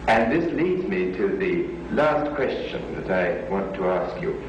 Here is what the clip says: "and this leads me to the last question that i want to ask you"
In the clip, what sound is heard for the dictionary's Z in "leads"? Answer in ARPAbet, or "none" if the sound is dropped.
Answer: Z